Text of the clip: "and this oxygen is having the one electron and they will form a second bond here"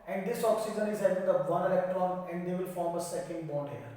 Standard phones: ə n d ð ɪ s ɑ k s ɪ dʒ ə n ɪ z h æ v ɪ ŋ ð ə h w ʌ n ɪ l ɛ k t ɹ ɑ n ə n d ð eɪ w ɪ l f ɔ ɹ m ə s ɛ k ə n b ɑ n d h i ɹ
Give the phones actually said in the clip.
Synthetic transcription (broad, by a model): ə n d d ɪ s ɑ k s ɪ dʒ ə n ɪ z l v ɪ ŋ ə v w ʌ n ɪ l ɛ k t ɹ ɑ n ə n d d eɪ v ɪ l f ɔ ɹ m ə s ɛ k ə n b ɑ d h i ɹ